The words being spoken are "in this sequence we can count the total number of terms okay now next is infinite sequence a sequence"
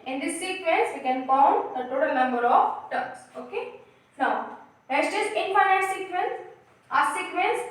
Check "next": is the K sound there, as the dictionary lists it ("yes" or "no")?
no